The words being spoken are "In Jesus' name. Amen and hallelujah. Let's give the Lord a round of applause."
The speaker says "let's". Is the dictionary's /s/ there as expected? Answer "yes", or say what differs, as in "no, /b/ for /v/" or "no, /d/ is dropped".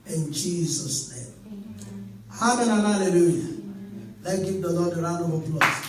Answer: no, /s/ is dropped